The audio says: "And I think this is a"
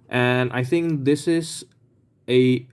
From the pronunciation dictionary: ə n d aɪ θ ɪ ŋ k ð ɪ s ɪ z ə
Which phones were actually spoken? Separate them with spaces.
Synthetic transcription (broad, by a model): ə n aɪ θ ɪ ŋ k ð ɪ s ɪ z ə